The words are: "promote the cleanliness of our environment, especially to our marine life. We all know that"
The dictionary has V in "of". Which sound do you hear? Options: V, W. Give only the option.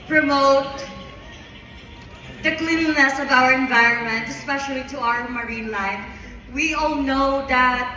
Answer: V